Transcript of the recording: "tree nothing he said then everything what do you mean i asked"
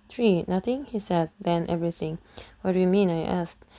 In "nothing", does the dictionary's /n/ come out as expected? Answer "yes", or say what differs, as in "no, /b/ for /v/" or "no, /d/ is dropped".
yes